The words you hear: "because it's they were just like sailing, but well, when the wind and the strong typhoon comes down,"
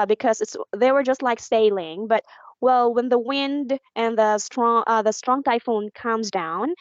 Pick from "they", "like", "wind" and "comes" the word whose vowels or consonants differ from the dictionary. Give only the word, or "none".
none